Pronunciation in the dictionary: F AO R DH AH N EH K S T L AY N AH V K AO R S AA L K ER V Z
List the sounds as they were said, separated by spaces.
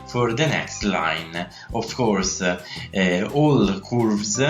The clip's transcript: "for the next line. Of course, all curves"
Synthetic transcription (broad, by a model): F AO R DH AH N EH K S T L AY N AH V K AO R S AA L K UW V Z